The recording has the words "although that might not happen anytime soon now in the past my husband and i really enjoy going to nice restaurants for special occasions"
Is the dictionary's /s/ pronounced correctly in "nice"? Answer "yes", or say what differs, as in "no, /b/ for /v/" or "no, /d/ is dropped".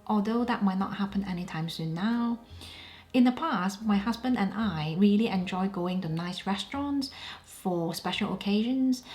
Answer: yes